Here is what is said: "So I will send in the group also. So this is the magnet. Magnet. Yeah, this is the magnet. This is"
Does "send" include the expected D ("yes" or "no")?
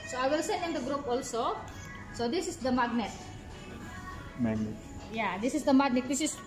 no